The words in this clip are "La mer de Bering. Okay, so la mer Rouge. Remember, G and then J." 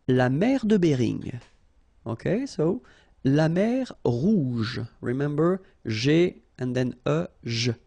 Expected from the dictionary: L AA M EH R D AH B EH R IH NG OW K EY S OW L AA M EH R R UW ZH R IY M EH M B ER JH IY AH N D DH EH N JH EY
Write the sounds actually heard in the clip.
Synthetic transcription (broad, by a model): L AA M EH R D AH B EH R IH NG OW K EY S OW L AA M EH R R UW ZH R IY M EH M B ER ZH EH AH N D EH N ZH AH